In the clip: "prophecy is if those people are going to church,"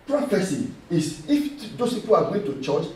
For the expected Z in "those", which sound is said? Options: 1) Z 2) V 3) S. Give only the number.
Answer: 3